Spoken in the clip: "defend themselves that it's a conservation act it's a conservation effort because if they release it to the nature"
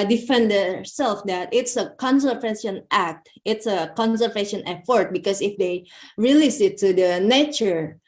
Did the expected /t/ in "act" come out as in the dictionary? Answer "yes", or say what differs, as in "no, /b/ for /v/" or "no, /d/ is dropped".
yes